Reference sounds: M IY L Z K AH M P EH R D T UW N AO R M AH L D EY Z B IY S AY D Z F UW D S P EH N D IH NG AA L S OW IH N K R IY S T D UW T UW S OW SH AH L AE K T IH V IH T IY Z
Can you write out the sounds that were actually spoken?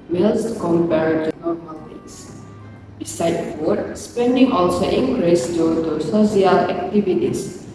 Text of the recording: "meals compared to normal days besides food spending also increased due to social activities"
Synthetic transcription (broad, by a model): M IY L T K AH M P EH R D T UW N AO R M AH L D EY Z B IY S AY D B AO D S P EH N D IH NG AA L S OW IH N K R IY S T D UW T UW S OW S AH L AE K T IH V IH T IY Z